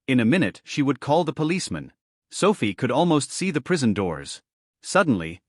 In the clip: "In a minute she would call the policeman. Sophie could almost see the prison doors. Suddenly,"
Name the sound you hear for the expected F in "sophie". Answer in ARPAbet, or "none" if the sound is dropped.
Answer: F